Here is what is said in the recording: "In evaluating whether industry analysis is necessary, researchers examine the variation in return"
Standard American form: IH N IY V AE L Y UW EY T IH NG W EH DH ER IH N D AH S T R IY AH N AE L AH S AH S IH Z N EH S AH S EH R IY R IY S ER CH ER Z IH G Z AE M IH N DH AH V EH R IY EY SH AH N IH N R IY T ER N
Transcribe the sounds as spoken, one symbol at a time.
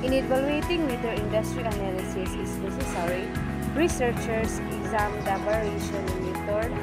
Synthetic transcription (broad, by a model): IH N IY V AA L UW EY T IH NG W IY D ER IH N D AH S T R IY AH N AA L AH S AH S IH S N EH S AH S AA R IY R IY S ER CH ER S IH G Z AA M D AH P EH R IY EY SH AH N IH N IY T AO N